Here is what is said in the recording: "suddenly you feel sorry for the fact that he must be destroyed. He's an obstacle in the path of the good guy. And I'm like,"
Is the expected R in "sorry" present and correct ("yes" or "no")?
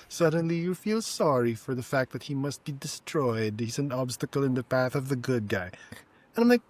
yes